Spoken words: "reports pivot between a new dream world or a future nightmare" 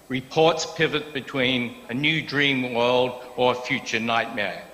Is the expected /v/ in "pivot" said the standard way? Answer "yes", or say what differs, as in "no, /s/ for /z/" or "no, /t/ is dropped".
yes